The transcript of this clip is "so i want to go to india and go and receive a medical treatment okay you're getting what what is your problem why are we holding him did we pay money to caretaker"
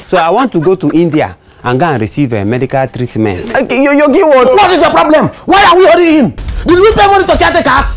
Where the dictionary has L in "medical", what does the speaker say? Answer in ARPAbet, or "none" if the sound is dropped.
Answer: L